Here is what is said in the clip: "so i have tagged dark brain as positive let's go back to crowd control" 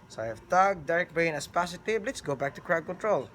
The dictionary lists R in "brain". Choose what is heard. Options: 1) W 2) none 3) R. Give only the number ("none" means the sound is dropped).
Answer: 2